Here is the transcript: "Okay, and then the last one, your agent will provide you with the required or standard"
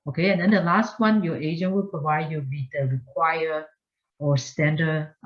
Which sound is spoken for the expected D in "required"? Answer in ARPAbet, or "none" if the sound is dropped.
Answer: none